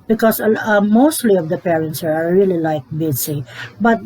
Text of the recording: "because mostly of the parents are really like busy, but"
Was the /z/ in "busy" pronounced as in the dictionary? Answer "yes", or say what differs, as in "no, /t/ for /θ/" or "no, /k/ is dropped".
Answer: no, /s/ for /z/